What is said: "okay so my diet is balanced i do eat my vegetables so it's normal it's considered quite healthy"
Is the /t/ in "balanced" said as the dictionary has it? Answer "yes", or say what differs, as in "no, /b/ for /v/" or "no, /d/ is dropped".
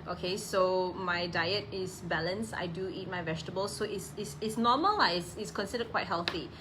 no, /t/ is dropped